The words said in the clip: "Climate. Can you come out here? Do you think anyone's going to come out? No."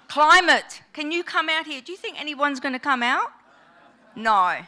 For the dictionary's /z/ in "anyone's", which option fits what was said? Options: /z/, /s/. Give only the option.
/z/